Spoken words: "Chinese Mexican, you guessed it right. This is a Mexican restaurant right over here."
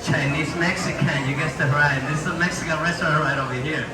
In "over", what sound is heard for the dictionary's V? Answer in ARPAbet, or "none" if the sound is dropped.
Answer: V